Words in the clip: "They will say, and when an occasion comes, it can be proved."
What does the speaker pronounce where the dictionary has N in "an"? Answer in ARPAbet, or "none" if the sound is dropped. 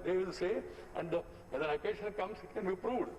L